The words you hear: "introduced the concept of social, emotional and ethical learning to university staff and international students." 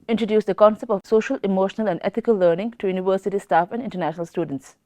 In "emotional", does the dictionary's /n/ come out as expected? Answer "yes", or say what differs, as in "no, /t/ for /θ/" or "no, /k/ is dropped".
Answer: yes